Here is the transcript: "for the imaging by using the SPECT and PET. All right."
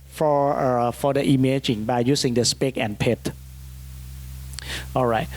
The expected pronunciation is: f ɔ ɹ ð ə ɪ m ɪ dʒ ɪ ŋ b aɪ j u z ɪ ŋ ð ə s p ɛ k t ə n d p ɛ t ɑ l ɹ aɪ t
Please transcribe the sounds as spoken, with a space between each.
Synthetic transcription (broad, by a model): f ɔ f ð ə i m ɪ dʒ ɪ ŋ b aɪ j u s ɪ ŋ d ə s p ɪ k ə n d p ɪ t ɑ l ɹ aɪ t